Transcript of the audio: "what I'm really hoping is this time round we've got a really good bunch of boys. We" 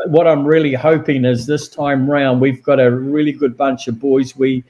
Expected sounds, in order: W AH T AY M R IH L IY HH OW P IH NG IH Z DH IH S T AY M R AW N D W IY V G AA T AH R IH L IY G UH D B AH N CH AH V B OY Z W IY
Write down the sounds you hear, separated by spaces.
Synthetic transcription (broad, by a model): W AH T AY M R IH L IY HH OW P IH NG IH Z DH IH S T AY M R AW N D W IY V G AA T AH R IH L IY G UH D B AH N CH AH V B OY Z W IY